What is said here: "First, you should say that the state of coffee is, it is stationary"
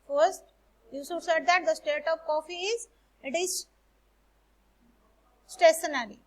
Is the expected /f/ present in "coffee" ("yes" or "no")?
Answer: yes